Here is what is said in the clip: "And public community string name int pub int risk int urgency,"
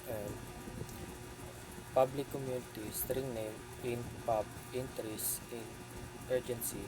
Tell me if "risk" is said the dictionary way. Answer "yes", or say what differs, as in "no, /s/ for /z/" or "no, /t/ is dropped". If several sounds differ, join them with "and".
no, /k/ is dropped